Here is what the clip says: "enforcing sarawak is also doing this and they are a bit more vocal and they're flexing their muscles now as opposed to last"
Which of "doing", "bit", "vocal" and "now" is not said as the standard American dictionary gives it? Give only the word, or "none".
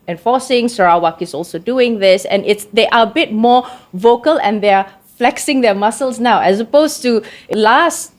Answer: none